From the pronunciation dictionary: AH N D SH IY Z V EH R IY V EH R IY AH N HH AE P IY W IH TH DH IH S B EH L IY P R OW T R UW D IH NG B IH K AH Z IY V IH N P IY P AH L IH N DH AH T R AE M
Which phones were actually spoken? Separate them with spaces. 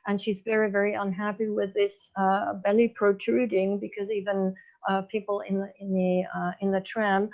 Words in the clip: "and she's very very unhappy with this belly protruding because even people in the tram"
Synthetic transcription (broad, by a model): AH N SH IY Z V EH R IY V EH R IY AH N HH AE P IY W IH DH IH S B EH L IY P R OW T R UW D IH NG B IH K AH Z IY V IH N P IY P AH N IH N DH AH T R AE M